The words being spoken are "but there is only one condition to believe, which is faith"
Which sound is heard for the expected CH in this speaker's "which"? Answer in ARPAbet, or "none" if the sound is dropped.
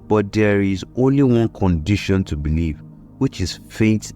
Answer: CH